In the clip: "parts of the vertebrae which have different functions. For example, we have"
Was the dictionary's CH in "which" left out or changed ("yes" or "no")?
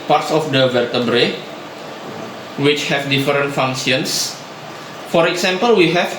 no